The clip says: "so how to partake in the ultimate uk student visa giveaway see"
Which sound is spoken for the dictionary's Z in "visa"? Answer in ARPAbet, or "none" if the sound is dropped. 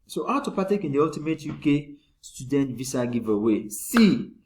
S